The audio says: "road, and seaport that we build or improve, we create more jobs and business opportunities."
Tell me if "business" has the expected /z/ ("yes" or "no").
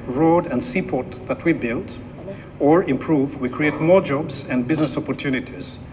yes